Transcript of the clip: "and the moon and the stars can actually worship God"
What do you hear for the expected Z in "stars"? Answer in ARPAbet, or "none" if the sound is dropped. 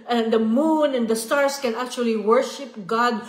S